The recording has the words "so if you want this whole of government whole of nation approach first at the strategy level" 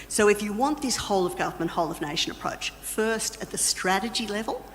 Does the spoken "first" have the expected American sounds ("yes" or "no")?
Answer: yes